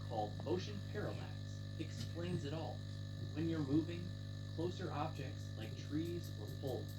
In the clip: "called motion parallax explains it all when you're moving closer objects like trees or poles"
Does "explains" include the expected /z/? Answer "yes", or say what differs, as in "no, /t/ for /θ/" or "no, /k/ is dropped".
yes